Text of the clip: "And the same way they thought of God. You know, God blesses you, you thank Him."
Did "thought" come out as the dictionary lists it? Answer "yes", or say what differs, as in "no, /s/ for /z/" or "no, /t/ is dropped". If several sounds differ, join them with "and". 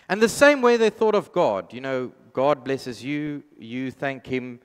yes